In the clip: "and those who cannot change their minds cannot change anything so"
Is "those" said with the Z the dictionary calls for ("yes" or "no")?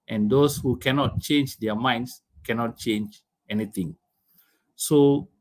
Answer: no